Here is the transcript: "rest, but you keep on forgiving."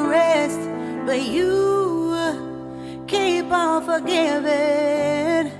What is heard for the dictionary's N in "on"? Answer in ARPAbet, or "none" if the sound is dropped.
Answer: L